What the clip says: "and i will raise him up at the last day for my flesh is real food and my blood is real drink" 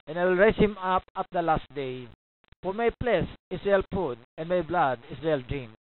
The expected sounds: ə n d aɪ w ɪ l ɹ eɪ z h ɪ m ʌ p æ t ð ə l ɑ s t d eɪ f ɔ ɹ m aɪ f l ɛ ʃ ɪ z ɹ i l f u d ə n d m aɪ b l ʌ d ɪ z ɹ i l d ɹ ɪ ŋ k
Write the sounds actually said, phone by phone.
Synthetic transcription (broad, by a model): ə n aɪ w ɪ l ɹ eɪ s h ɪ m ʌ p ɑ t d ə l ɑ s t d eɪ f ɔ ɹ m aɪ p l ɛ s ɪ s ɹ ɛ l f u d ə n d m aɪ b l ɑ d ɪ s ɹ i l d ɹ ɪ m